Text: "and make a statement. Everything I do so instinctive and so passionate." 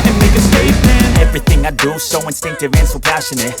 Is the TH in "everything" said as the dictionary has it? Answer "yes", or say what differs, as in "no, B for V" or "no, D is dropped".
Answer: yes